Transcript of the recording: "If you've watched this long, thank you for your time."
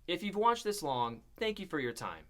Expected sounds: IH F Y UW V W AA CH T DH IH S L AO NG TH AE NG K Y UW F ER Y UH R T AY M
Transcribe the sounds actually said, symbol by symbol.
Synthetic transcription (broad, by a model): IH F Y UW V W AA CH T DH IH S L AO NG TH AE NG K Y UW F ER Y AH R T AY M